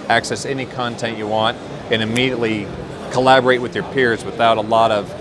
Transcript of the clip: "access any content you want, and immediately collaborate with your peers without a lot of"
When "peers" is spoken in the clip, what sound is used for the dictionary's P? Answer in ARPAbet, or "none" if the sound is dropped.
P